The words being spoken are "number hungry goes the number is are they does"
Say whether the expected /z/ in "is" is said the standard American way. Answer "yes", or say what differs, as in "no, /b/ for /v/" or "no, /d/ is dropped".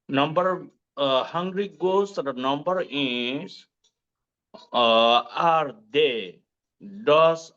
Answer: no, /s/ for /z/